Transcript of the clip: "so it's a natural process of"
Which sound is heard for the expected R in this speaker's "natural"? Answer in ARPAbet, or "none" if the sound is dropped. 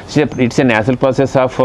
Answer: none